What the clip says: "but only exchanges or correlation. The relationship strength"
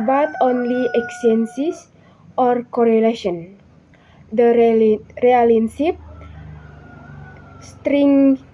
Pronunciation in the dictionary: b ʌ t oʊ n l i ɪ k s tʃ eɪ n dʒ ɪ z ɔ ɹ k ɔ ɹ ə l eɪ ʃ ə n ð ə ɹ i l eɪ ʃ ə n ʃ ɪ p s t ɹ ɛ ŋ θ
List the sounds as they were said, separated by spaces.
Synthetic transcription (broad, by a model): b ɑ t oʊ n l i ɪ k s eɪ n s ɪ s ɔ ɹ k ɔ ɹ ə l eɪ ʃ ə n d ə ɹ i ɑ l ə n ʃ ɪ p s t ɹ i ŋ